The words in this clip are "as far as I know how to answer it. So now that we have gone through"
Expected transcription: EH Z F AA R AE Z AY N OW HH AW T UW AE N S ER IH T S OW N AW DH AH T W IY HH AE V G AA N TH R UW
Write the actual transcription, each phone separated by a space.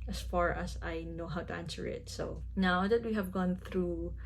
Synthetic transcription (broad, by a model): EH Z F AA R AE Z AY N OW HH AW T UW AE N S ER IH T S OW N AW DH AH T W IY HH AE V G AA N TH R UW